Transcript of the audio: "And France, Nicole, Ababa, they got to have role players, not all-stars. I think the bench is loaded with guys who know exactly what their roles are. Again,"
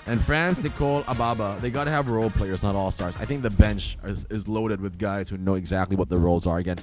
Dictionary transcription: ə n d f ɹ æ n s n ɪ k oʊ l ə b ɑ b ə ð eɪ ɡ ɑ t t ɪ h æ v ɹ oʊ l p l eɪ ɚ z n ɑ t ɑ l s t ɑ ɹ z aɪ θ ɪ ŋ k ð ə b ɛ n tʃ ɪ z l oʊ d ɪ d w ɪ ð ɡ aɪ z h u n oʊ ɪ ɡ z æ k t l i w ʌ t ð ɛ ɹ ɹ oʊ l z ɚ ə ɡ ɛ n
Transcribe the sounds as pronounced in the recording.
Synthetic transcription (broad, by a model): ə n f ɹ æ n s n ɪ k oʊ l ə b ɑ b ə ð eɪ ɡ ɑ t t ɪ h v ɹ oʊ l p l eɪ ɚ z n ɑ t ɑ l s t ɑ ɹ z aɪ θ ɪ ŋ k ð ə b ɛ n tʃ ɪ z l oʊ d ɪ d w ɪ ð ɡ aɪ z h u n oʊ ɪ ɡ z æ k t l i w ʌ t ð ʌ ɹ ɹ oʊ l z ɚ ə ɡ ɛ n